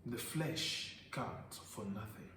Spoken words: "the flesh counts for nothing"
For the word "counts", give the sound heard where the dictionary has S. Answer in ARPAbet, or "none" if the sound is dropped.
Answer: none